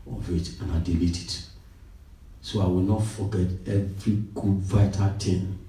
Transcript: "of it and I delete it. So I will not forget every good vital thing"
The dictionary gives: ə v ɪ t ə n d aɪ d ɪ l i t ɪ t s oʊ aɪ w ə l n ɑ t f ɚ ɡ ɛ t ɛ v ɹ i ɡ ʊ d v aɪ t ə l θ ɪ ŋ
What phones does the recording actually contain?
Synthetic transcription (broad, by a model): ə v ɪ t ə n aɪ d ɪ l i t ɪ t s oʊ aɪ w ə l n ɑ t f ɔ ɡ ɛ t ɛ v ɹ i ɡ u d v aɪ t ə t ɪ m